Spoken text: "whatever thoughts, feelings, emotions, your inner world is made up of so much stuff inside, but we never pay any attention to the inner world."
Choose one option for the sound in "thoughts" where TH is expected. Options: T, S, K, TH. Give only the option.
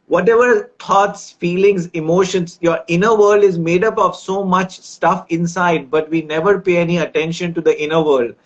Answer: T